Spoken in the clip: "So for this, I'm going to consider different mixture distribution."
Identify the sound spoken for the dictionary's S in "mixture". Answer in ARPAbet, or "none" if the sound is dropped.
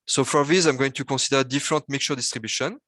none